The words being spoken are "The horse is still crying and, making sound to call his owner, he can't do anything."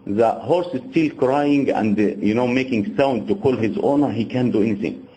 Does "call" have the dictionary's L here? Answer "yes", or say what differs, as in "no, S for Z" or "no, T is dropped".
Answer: yes